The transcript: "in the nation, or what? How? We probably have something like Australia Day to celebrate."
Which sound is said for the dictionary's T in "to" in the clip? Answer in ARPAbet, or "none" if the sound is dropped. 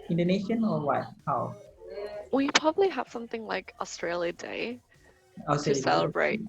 S